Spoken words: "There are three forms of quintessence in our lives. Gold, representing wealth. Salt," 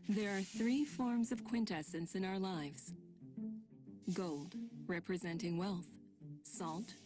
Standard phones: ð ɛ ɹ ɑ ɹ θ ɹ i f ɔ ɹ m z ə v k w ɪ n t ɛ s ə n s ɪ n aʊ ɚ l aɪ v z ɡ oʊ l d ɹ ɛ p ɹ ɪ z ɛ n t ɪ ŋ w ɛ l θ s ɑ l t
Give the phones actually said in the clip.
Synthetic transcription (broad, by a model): ð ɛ ɹ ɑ ɹ θ ɹ i f ɔ ɹ m z ə v k w ɪ n t ɛ s ə n s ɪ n aʊ ɚ l aɪ v z ɡ oʊ l d ɹ ɛ p ɹ ɪ z ɛ n t ɪ ŋ w ɛ l θ s ɑ l t